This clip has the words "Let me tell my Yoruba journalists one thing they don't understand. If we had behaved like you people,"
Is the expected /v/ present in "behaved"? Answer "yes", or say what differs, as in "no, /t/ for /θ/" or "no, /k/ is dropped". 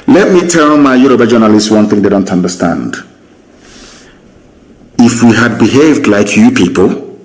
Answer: yes